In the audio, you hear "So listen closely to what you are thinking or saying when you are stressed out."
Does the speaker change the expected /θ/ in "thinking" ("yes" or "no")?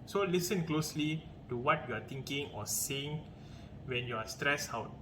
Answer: yes